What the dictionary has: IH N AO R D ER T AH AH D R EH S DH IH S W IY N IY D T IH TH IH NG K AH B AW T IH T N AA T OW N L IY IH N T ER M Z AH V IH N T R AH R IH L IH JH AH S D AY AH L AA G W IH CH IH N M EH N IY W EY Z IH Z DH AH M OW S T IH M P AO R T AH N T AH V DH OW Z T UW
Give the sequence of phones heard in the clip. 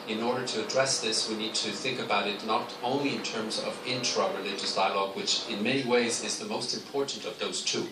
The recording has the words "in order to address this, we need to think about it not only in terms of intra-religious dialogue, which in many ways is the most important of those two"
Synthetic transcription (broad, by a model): IH N AO R D ER T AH AH D R EH S DH IH S W IY N IY D T IH TH IH NG K AH B AW T IH T N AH T OW N L IY IH N T ER M Z AH V IH N T R AH R IH L IH JH AH S D AY AH L AA G W IH CH IH N M EH N IY W EY Z IH Z DH AH M OW S T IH M P AO R T N T AH V DH OW Z T UW